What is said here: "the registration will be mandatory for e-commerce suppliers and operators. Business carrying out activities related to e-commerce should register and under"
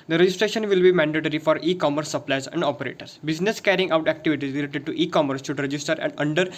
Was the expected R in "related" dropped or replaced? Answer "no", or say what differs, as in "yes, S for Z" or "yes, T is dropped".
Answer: yes, L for R